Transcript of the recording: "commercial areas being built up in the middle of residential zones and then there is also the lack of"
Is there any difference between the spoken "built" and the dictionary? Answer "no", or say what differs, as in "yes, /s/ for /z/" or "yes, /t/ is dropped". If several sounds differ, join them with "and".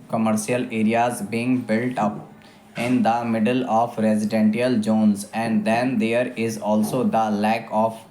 no